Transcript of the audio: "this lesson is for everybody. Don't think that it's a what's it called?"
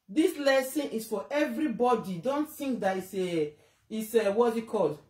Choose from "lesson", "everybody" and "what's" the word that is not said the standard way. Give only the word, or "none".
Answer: what's